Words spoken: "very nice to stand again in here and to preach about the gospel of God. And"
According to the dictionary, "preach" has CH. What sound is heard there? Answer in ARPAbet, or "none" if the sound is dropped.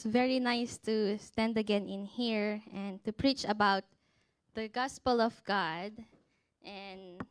CH